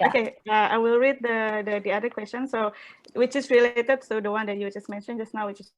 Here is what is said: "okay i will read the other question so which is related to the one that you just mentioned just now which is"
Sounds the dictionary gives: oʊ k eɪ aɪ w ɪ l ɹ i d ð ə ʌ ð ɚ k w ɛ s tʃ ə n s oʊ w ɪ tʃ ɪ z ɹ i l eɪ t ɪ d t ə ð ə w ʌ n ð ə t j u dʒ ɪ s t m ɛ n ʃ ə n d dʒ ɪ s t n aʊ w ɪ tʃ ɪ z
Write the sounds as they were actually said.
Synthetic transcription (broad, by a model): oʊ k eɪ aɪ w ɪ l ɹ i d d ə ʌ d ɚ k w ɛ s tʃ ə n s oʊ w ɪ tʃ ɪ s ɹ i l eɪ t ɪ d s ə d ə w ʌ n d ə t j u dʒ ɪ s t m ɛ n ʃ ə n dʒ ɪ s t n aʊ w ɪ tʃ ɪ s